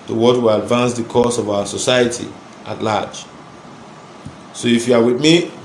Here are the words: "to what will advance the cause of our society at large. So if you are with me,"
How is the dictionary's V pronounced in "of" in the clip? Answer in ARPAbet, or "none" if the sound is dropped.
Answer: V